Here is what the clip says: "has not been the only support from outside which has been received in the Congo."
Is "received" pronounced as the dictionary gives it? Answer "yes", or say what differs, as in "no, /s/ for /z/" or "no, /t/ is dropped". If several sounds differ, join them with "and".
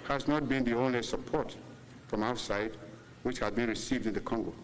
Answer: yes